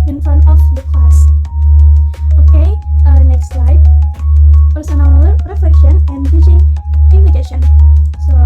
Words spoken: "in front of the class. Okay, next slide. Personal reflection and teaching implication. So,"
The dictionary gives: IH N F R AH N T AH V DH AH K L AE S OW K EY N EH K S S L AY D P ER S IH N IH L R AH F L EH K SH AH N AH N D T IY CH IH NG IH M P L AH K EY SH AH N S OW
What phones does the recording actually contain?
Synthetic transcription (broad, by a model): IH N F AH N AH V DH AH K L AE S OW K EY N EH K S S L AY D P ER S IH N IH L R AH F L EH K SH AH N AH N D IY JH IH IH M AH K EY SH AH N S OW